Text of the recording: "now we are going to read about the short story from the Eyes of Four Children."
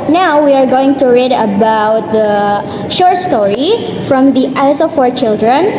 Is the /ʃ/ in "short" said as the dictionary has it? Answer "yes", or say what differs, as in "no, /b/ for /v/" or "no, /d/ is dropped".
yes